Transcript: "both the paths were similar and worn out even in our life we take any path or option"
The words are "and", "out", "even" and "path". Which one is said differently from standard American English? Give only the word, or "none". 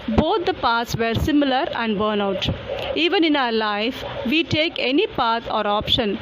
path